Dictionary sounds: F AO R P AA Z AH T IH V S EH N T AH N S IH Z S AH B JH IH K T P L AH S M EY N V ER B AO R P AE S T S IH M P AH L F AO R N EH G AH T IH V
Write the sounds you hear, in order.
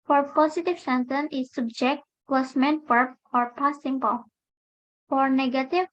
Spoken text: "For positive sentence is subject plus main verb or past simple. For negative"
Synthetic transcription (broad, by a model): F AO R P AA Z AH T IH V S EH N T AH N IH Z S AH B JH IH K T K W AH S M EY N P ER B AO R P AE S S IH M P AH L F AO R N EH G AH T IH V